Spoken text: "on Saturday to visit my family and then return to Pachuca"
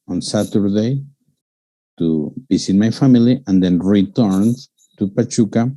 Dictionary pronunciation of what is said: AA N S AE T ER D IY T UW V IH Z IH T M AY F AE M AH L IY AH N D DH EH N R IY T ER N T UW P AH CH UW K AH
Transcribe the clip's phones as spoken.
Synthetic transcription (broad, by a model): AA N S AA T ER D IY T UW B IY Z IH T M AY F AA M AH L IY AH N D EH N R IY T ER N T UW P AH CH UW K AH